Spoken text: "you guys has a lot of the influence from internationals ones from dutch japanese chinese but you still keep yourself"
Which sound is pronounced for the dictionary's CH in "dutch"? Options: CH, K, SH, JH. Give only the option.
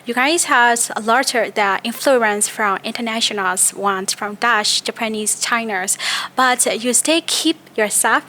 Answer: SH